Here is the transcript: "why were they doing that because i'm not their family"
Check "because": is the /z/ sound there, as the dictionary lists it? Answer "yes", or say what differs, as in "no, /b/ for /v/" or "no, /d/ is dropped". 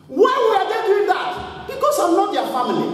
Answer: no, /s/ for /z/